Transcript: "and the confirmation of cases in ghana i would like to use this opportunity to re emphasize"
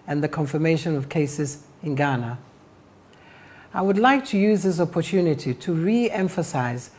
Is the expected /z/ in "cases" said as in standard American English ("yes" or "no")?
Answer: yes